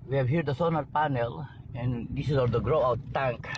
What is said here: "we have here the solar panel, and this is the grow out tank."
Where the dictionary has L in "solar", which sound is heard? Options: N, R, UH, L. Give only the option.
N